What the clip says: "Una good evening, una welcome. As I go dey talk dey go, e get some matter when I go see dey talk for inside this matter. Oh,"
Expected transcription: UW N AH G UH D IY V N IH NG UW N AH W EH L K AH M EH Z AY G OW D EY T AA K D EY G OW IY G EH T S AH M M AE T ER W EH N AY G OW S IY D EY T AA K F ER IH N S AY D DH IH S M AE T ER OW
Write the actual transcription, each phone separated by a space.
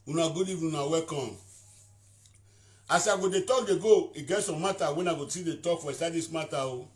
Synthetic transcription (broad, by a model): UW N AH G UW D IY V IH UW N AH W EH K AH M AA S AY G OW D EY T AA K D EY G OW IY G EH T S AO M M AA T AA W EH N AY G OW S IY D EY T AA K F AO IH S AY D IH S M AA T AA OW